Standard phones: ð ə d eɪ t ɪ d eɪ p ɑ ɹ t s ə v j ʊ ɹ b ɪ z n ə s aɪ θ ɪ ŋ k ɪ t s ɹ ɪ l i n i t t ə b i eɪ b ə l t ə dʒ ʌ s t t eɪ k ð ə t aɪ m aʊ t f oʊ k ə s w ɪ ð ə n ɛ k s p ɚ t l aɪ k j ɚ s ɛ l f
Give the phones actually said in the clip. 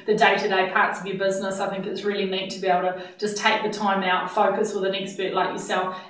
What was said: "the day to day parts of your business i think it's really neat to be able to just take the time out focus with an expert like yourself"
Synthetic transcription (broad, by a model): ð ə d eɪ t ɪ d eɪ p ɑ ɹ t s ə v j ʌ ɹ b ɪ z n ə s aɪ θ ɪ ŋ k ɪ t s ɹ ɪ l i n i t t ə b i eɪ ə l t ə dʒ ʌ s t t eɪ k ð ə t aɪ m aʊ t f oʊ k ə s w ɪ ð ə n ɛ k s b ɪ t l aɪ k j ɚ s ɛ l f